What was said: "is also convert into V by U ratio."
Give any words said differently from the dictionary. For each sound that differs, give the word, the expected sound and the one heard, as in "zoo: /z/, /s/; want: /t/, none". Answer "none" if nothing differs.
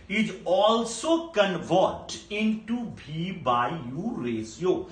v: /v/, /b/